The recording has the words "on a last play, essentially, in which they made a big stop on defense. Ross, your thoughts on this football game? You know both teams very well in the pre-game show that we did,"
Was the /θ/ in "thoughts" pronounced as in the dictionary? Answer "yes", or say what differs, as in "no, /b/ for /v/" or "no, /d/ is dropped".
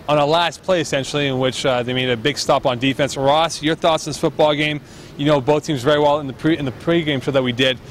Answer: yes